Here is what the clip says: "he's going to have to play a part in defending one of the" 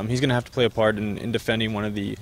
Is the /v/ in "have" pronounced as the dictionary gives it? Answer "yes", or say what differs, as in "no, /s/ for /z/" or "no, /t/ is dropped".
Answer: no, /f/ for /v/